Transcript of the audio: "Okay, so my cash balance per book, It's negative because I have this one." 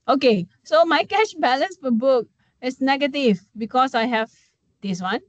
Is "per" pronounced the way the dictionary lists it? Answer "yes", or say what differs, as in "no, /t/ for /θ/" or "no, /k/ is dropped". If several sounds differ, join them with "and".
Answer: no, /f/ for /p/